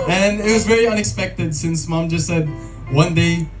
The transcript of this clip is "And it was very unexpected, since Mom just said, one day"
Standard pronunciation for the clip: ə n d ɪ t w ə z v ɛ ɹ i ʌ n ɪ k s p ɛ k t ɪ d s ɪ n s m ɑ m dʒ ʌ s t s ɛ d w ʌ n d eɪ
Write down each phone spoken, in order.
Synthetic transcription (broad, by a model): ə n ɪ t w ə z v ɛ ɹ i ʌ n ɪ k s p ɛ k t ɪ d s ɪ n s m ɑ m dʒ ʌ s t s ɛ d w ʌ n d eɪ